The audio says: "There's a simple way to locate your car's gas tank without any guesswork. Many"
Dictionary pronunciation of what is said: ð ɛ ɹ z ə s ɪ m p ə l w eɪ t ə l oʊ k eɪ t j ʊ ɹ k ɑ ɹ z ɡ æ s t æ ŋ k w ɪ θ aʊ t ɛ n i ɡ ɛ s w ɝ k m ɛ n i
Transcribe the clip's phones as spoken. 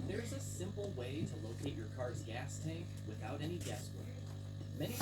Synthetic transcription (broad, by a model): ð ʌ ɹ z ə s ɪ m p l w eɪ t ə l oʊ k eɪ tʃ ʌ ɹ k ɑ ɹ z ɡ æ s t æ ŋ k w ɪ θ aʊ t ɛ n i ɡ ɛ s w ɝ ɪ m ɛ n i